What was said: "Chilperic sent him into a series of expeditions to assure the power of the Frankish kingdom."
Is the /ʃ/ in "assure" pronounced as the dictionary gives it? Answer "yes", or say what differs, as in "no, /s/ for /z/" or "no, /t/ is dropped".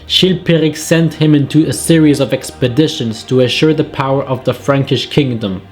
yes